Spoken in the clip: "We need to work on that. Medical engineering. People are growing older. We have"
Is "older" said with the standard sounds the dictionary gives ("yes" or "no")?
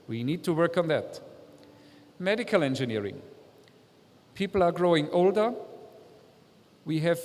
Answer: yes